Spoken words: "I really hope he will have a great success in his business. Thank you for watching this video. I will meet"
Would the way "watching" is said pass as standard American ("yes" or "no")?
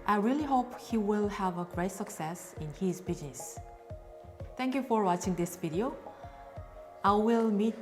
yes